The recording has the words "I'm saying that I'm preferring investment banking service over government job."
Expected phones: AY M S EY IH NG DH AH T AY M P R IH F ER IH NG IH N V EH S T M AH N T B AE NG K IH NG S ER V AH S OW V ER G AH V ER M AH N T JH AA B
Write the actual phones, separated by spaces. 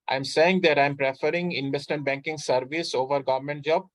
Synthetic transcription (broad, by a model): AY M S EY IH NG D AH T AY M P R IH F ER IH NG IH N V EH S T M AH N T B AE NG K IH NG S ER V AH S OW V ER G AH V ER M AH N T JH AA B